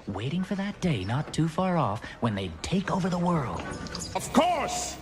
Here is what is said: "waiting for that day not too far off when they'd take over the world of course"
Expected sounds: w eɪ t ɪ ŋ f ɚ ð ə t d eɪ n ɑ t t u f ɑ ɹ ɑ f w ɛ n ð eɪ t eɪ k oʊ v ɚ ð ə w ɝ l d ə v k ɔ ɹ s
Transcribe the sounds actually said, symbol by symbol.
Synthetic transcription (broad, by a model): w eɪ t ɪ ŋ f ɚ ð ə t d eɪ n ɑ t t u f ɑ ɹ ɑ f w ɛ n ð eɪ t eɪ k oʊ v ɚ ð ə w ɝ l d ə v k ɔ ɹ s